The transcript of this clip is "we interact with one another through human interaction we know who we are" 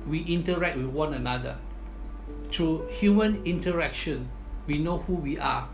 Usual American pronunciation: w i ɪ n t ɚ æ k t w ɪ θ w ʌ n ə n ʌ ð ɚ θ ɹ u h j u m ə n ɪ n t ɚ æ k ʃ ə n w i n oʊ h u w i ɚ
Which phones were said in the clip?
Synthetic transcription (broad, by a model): w i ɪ n t ɚ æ k t w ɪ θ w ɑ n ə n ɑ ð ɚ t ɹ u h j u m ə n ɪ n t ɚ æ k ʃ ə n w i n oʊ h u w i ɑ